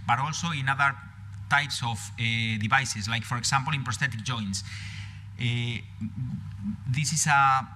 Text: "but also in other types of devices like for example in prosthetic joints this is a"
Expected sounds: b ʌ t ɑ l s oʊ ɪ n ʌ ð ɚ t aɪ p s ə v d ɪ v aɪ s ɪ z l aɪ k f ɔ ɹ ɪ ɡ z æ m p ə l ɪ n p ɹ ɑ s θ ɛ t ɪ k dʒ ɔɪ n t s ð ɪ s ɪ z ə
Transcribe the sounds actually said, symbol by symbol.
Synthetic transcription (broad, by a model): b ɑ t ɑ l s oʊ ɪ n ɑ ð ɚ t aɪ p s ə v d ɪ b aɪ s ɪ s l aɪ k f ɔ ɹ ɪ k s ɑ m p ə l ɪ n p ɹ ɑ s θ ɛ t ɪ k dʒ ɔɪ n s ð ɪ s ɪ s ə